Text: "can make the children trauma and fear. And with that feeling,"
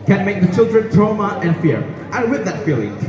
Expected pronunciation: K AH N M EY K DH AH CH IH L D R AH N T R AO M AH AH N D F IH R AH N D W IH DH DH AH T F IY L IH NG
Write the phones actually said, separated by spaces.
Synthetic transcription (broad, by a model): K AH N M EY K DH AH CH IH L D R AH N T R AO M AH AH N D F IH R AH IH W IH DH DH AH T F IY L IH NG